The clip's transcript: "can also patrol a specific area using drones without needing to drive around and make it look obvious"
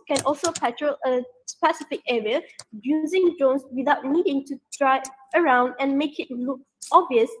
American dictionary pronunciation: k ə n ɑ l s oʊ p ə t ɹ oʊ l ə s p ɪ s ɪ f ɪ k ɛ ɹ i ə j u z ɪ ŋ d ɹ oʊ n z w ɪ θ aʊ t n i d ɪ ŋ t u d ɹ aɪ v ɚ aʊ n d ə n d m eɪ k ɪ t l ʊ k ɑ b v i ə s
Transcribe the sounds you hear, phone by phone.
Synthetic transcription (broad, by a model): k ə n ɑ l s oʊ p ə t ɹ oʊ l ə s p ɪ s ɪ f ɪ k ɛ ɹ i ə j u z ɪ ŋ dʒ oʊ n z w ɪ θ aʊ t n i d ɪ ŋ t u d ɹ aɪ ɚ aʊ n d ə n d m eɪ k ɪ t l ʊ k ɑ b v i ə s